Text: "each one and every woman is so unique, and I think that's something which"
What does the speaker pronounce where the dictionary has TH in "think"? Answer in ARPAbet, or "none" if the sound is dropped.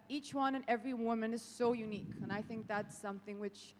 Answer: TH